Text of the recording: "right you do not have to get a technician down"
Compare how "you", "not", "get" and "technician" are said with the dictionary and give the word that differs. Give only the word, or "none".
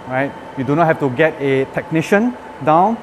none